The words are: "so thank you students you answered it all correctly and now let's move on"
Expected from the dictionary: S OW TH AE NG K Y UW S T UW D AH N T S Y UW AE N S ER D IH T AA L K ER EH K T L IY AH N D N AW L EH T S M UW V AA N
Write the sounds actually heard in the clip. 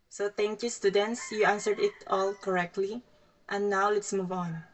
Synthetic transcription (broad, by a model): S OW T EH NG K Y UW S T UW D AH N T S Y UW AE N S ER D IH T AA L K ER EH K T L IY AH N N AW L EH T S M UW V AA N